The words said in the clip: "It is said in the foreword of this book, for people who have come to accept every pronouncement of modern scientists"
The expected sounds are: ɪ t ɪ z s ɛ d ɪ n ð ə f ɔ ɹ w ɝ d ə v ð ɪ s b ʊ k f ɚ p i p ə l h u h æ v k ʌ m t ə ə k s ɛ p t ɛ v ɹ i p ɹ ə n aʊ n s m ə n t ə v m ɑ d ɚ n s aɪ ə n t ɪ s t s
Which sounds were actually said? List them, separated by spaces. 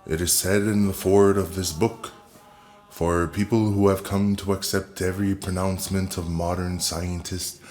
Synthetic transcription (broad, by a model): ɪ t ɪ z s ɛ d ɪ n ð ə f ɔ ɹ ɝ d ə v ð ɪ s b ʊ k f ɚ p i p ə l h u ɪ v k ʌ m t ə ə k s ɛ p t ɛ v ɹ i p ɹ ə n aʊ n s m ə n t ə v m ɑ d ɚ n s aɪ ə n t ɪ s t